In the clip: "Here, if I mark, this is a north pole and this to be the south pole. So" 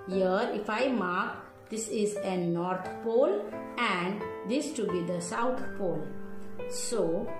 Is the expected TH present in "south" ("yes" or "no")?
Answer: no